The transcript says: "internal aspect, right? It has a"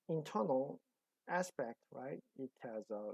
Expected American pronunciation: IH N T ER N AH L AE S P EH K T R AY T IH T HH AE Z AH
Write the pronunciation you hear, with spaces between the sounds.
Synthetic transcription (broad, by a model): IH N T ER N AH L AE S P EH K T R AY T IH T HH AE Z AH